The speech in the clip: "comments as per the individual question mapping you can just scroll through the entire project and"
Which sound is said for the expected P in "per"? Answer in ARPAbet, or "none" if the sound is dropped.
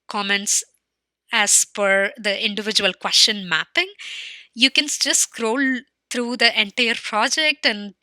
F